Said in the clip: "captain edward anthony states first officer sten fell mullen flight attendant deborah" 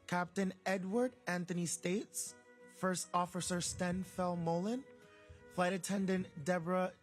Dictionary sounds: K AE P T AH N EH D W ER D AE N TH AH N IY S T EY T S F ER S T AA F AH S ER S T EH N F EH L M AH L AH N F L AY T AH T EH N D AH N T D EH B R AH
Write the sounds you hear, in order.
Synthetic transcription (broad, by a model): K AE P T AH N EH D W ER D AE N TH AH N IY S T EY T S F ER S T AA F AH S ER S T EH N F EH L M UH L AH N F L AY T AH T EH N D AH N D EH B R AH